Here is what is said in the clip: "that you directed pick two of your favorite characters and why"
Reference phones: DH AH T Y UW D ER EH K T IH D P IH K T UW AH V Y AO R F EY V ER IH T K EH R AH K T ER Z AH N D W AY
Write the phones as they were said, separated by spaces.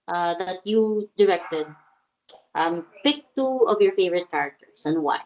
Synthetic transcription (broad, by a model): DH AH T Y UW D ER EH K T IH D P IH K T UW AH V Y AO R F EY V ER IH T K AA R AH K T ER S AH N D W AY